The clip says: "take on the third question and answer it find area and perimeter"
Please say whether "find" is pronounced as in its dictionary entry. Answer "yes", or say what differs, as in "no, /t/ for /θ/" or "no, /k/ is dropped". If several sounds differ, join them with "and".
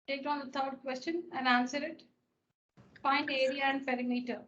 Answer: no, /p/ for /f/